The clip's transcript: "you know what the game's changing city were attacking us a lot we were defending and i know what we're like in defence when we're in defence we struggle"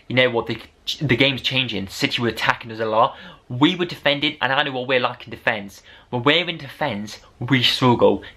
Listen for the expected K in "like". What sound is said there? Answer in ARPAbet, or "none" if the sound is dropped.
K